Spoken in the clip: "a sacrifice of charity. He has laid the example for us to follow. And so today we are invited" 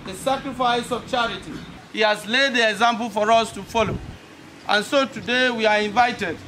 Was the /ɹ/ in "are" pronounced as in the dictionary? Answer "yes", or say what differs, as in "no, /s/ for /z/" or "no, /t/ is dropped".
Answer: yes